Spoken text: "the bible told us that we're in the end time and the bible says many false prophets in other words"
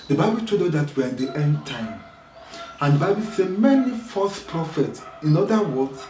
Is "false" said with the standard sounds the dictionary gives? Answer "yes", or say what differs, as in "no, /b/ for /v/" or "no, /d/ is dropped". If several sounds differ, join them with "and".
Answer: no, /l/ is dropped